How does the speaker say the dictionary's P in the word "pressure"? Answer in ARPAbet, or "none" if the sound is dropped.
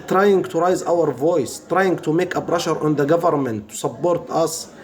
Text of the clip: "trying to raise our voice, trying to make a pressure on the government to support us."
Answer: B